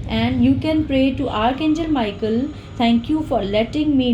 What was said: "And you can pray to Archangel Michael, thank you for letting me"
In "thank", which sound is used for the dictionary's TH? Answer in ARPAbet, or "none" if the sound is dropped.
T